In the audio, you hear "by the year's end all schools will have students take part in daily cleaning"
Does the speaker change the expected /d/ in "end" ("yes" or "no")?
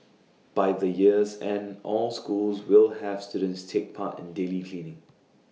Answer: yes